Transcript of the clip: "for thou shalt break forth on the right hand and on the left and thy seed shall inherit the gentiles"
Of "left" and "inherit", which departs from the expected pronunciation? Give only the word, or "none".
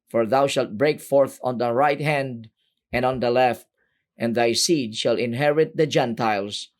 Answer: none